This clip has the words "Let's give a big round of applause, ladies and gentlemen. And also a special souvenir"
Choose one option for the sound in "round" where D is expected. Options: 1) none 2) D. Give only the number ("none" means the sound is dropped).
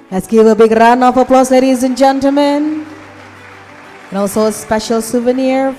1